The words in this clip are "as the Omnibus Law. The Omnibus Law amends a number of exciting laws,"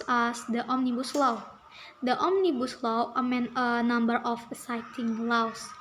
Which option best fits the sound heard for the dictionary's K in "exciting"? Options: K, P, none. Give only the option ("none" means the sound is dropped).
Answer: none